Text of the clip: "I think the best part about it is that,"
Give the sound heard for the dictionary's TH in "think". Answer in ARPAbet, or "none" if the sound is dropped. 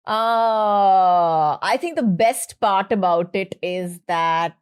T